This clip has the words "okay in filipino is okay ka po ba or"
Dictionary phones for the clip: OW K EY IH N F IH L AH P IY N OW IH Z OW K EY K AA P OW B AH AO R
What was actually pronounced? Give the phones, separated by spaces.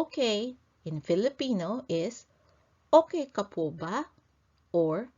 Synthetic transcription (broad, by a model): K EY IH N F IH L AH P IY N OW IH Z OW K EY K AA P OW B AH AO R